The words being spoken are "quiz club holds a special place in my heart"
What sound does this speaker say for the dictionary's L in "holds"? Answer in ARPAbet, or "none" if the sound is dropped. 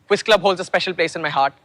L